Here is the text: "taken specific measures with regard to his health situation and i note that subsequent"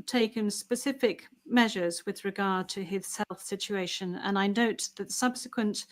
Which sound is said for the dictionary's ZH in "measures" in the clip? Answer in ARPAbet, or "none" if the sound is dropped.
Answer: ZH